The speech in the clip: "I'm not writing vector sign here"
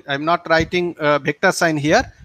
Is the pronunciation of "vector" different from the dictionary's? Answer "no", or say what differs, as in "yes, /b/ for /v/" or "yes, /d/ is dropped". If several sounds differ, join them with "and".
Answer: yes, /b/ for /v/